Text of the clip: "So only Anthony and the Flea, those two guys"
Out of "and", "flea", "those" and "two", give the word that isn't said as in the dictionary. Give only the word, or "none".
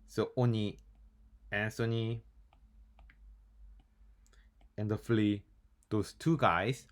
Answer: those